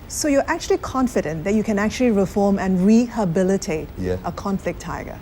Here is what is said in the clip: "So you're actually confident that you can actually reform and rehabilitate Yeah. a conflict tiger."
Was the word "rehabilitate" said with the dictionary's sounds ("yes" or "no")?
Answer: yes